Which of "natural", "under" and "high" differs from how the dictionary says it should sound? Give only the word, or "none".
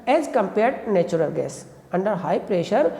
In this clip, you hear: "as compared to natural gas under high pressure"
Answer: natural